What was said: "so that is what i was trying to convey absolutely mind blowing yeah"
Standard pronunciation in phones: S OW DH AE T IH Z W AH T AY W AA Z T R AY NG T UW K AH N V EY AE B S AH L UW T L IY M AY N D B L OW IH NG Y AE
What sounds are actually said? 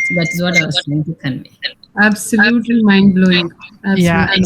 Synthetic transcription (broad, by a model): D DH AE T IH Z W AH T AY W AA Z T AY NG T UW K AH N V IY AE B S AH L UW T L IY M AY N D B L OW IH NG Y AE